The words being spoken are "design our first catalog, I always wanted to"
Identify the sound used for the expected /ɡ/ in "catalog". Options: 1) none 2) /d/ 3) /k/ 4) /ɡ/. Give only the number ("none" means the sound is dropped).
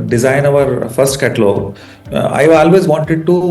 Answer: 1